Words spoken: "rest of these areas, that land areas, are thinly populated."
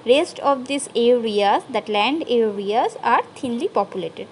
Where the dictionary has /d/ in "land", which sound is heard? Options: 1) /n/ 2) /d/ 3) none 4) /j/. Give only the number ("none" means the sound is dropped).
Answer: 2